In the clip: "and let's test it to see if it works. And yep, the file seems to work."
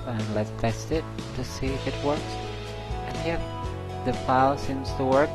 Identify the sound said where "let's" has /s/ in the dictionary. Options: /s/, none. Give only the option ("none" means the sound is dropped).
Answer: none